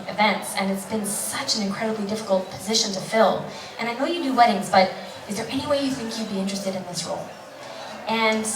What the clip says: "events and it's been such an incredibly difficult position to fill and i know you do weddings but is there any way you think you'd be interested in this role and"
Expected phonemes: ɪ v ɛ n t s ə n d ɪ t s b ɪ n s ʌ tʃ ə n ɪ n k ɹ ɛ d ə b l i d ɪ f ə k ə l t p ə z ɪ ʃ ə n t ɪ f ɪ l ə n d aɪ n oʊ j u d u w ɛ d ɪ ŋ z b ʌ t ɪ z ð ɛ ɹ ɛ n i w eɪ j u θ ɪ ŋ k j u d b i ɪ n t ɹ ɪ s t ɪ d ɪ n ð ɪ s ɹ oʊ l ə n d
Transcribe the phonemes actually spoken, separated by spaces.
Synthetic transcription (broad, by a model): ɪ v ɛ n t s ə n ɪ t s b ɪ n s ʌ tʃ ə n ɪ n k ɹ ɛ d ə b l i d ɪ f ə k l t p ə z ɪ ʃ ə n t ɪ f ɪ l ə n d aɪ n oʊ j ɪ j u w ɛ d ɪ ŋ z b ʌ t ɪ z ð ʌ ɹ ɛ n i w eɪ j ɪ θ ɪ ŋ k j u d b i ɪ n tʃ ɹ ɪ s t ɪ d ɪ n ð ɪ s ɹ oʊ l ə n